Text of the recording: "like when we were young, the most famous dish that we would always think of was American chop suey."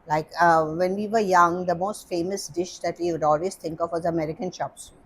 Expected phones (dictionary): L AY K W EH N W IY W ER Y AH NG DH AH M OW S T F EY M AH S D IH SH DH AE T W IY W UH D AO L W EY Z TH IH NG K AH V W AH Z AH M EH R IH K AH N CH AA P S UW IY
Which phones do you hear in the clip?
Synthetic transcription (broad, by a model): L AY K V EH N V IY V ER Y AH NG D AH M OW S T F EY M AH S D IH SH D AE T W IY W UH D AO L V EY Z T IH NG K AH V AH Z AH M EH R IH K AH N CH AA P S